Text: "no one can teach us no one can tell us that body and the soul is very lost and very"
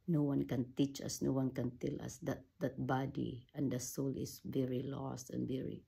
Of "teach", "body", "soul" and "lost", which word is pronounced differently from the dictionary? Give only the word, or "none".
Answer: none